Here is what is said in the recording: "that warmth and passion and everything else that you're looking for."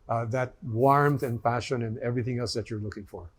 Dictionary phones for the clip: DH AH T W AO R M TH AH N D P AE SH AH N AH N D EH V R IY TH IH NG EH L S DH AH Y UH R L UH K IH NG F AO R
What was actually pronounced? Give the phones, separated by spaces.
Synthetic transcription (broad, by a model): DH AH T W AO R M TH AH N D P AE SH AH N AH N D EH V R IY TH IH NG EH L S DH AH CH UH R L UH K IH NG F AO R